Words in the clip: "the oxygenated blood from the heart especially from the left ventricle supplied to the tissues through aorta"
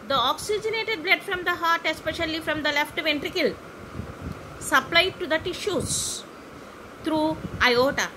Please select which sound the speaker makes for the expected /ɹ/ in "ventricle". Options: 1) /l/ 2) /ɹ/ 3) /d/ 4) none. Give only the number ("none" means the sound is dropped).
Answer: 2